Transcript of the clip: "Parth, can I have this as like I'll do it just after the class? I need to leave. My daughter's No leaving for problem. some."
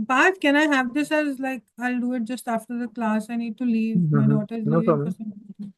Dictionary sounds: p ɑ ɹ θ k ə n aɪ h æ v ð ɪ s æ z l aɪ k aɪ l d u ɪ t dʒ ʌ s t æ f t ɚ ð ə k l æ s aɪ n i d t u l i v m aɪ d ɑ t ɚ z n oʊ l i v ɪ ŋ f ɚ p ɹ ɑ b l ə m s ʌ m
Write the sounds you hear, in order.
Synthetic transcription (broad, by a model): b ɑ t k ə n aɪ h æ v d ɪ s æ z l aɪ k aɪ l d u ɪ t dʒ ʌ s t æ f t ɚ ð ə k l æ s aɪ n i d t u l i v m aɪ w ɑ t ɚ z n oʊ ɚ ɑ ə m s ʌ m